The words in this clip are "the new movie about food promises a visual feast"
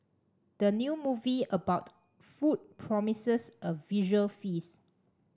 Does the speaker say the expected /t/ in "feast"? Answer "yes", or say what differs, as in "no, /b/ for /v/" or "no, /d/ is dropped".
no, /t/ is dropped